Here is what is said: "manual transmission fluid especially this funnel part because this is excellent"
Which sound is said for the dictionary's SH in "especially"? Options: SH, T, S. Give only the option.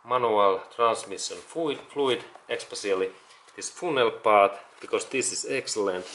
S